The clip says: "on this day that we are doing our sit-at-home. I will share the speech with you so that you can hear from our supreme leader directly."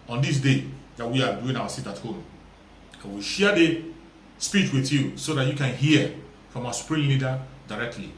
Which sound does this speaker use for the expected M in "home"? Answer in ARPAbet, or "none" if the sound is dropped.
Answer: M